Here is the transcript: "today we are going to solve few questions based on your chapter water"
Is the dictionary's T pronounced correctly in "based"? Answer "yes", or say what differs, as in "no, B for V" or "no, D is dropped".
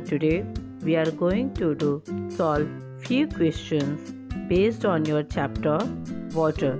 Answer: yes